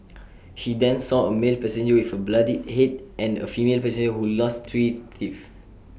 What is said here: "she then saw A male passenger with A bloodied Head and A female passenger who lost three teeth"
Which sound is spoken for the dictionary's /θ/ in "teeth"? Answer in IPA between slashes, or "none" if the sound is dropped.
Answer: /s/